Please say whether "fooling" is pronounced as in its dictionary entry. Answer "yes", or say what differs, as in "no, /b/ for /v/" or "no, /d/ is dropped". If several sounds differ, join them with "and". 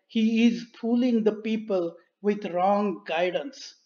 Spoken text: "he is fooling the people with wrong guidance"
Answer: no, /p/ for /f/